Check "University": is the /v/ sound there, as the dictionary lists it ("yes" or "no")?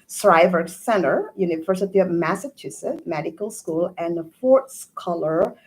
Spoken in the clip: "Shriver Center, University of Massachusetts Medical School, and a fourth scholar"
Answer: no